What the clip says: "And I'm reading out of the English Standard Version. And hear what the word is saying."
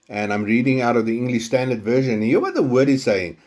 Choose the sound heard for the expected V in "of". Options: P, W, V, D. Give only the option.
V